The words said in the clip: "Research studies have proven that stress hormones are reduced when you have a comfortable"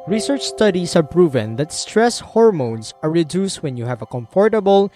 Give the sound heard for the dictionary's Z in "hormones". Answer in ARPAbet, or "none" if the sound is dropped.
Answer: S